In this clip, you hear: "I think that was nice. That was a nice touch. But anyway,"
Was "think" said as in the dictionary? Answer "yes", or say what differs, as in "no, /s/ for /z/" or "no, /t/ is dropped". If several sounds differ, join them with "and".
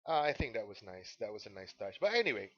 yes